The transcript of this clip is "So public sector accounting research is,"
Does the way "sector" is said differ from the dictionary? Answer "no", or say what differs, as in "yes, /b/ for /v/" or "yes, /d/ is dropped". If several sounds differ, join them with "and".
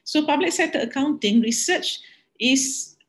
yes, /k/ is dropped